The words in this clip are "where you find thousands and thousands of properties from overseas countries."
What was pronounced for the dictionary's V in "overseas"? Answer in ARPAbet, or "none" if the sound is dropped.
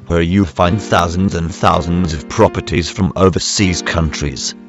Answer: V